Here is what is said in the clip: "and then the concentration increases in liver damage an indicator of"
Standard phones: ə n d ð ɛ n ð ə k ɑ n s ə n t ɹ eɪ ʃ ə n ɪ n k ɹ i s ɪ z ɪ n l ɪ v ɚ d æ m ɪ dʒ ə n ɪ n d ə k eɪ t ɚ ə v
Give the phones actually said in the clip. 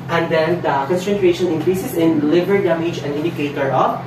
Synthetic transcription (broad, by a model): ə n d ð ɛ n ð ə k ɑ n s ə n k ɹ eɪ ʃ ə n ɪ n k ɹ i s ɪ s ɪ n l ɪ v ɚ d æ m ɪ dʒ ə n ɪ n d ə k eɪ t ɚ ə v